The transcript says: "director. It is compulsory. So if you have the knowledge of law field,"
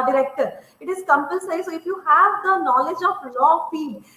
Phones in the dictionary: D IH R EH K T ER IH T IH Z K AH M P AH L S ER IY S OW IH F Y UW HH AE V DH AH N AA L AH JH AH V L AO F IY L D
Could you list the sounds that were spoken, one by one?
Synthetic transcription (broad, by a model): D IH R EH K T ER IH T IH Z K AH M P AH N S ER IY S OW IH F Y UW HH AE V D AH N AA L AH JH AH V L AO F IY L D